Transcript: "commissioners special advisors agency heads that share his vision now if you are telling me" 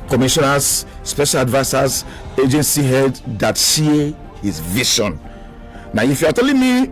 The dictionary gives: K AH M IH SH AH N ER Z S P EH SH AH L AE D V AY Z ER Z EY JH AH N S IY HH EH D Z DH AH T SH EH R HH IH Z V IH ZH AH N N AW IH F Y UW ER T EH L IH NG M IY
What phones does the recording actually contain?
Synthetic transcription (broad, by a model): K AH M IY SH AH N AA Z S P EH SH AH L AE D V AY S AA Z EY JH AH N S IY HH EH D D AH T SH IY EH HH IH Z V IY SH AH N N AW IH F Y UW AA T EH L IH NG M IY